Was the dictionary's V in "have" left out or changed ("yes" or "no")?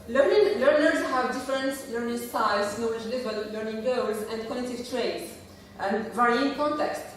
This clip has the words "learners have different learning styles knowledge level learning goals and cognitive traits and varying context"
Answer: no